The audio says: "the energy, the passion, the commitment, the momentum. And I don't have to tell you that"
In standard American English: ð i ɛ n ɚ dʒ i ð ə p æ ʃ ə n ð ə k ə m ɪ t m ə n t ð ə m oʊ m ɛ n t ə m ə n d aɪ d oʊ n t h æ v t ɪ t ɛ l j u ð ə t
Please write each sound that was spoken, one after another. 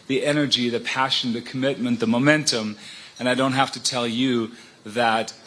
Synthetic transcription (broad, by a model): ð i ɛ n ɚ dʒ i ð ə p æ ʃ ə n ð ə k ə m ɪ t m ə n ð ə m oʊ m ɛ n t ə m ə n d aɪ d oʊ n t h æ f t ɪ t ɛ l j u ð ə t